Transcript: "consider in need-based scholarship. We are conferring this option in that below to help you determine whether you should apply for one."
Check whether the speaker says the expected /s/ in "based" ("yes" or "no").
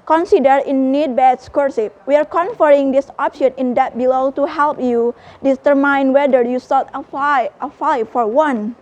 no